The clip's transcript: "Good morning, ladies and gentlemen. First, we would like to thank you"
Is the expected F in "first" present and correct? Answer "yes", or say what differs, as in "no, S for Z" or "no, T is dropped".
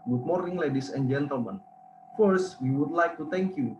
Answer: yes